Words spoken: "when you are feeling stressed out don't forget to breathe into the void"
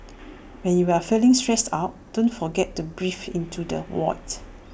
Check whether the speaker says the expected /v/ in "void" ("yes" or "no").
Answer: no